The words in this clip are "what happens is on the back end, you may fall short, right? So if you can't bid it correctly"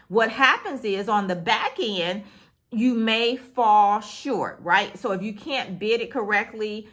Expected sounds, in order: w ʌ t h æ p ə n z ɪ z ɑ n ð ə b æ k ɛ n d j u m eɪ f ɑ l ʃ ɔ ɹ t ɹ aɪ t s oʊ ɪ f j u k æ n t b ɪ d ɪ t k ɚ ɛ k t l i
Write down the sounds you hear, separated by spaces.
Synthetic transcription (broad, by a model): w ʌ t h æ p ə n z ɪ z n ð ə b æ k ɛ n d j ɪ m eɪ f ɑ l ʃ ɔ ɹ t ɹ aɪ t s oʊ ɪ f j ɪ k æ n b ɪ d ɪ t k ɚ ɛ k t l i